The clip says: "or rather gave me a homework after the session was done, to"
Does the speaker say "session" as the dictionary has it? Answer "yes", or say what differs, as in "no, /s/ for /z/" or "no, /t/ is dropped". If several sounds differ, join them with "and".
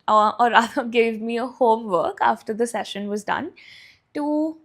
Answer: yes